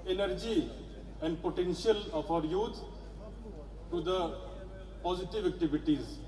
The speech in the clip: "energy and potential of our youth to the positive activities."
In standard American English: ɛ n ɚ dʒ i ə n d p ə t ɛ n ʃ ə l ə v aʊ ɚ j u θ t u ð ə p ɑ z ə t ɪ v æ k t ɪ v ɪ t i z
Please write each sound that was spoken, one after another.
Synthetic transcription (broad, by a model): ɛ n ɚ dʒ i ə n d p ə t ɛ n ʃ ə l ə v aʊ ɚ j u t t u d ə p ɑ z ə t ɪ v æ k t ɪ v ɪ t i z